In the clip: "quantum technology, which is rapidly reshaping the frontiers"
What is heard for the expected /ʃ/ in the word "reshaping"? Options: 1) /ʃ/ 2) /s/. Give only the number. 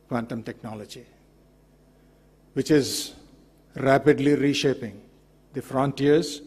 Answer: 1